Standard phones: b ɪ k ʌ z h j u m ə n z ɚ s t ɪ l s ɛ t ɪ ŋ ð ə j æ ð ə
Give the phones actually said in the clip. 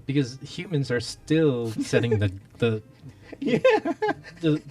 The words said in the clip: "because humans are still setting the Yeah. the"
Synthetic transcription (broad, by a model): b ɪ k ʌ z h j u m ə n z ɚ s t ɪ l s ɛ t ɪ ŋ ð ə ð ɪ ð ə